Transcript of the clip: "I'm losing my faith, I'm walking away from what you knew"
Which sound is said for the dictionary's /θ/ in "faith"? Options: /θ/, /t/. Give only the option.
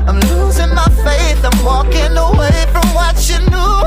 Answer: /t/